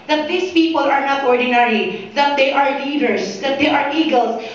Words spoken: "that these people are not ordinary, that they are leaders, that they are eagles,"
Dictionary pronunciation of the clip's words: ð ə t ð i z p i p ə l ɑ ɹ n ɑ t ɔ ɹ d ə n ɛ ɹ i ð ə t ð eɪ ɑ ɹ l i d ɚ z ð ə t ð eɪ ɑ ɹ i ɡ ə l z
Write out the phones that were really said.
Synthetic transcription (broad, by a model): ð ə t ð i s p i p ə l ɑ ɹ n ɑ t ɔ ɹ d ə n ɛ ɹ i ð ə t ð eɪ ɑ ɹ l i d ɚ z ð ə t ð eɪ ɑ ɹ i ɡ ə l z